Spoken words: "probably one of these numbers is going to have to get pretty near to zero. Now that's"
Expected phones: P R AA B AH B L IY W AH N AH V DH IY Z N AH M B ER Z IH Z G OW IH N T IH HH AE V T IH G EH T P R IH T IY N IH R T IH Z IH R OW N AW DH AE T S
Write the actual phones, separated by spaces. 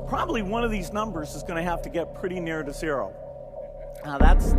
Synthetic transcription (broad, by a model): P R AA B AH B L IY W AH N AH V DH IY Z N AH M B ER Z IH Z G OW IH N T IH HH AE F T IH G EH T P R IH T IY N IH R T IH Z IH R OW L DH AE T S